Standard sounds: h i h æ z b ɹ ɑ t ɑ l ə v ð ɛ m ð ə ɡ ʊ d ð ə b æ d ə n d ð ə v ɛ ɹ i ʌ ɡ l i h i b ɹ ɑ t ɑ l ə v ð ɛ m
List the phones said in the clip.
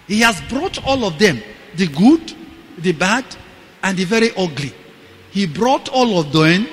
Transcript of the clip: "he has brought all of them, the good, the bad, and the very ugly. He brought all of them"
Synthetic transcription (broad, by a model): h i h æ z b ɹ ɑ t ɑ l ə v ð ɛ m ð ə ɡ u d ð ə b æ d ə n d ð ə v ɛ ɹ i ʌ ɡ l i h i b ɹ ɑ t ɑ l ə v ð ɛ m